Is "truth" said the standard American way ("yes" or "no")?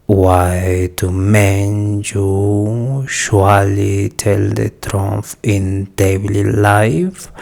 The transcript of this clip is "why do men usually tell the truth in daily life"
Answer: no